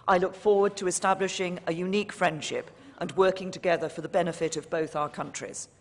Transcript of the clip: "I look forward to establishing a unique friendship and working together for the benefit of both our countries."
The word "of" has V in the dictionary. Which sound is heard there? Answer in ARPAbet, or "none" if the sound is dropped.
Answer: V